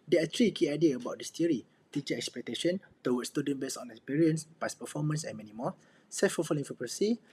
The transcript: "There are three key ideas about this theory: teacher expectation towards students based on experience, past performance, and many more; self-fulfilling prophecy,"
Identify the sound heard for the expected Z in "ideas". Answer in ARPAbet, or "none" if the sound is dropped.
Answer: none